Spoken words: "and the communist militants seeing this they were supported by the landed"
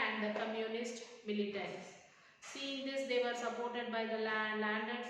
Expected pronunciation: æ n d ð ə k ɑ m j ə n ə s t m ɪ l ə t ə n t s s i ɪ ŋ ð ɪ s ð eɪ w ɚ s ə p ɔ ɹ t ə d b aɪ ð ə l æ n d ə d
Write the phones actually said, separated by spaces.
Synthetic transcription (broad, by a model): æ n d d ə k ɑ m j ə n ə s t m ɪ l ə t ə t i s i ɪ ŋ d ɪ s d eɪ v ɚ s ə p ɔ ɹ t ə d b aɪ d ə l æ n d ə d